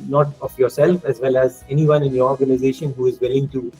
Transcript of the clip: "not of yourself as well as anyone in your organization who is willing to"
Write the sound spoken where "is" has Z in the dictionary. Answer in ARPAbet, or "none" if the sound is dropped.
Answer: Z